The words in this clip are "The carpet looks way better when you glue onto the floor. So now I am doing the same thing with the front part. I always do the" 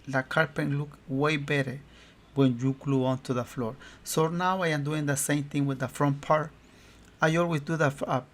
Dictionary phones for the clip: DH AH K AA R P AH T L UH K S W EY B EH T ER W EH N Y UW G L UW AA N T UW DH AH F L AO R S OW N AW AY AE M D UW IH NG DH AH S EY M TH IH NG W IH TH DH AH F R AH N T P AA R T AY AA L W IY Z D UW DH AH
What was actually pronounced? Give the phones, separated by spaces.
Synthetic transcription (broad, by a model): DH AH K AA R P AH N L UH K W EY B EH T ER W EH N Y UW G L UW AA N T UW DH AH F L AO R S OW N AW AY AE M D UW IH NG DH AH S EY M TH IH NG W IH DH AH F R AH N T P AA R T AY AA L W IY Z D UW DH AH